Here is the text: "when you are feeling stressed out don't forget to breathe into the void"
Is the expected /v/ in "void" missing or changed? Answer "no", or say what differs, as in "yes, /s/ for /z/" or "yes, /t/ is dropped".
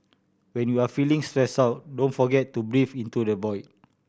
yes, /b/ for /v/